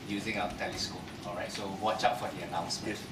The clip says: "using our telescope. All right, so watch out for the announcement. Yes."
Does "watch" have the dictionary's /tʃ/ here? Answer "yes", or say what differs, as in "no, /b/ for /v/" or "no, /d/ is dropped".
yes